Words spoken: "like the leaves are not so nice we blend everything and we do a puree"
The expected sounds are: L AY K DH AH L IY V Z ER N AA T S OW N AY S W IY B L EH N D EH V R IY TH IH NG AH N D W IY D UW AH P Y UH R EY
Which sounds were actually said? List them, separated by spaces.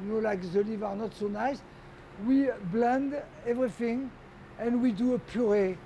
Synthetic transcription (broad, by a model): L AY K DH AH L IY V ER N AA T S OW N AY S W IY B L EH N D EH V R IY TH IH NG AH N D W IY D UW AH P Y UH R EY